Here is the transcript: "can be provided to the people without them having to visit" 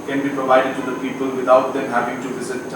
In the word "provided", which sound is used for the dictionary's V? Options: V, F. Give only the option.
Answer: V